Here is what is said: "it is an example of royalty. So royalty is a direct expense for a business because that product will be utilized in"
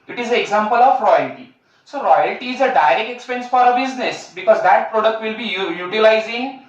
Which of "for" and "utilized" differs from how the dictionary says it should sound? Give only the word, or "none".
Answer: utilized